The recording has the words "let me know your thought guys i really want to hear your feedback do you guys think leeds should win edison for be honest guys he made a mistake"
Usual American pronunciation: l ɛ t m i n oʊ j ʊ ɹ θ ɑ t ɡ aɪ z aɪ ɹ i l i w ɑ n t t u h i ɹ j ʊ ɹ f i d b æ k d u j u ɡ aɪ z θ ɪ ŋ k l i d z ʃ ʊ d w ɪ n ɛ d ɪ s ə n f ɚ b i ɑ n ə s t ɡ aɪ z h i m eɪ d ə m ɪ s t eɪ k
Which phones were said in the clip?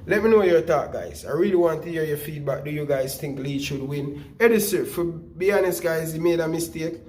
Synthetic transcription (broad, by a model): l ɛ t m i n oʊ j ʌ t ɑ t ɡ aɪ z aɪ ɹ i l i w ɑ n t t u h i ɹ j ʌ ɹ f i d b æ k d u j u ɡ aɪ z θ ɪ ŋ k l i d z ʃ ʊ d w ɪ n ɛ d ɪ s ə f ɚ b i ɑ n ə s t ɡ aɪ z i m eɪ d ə m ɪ s t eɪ k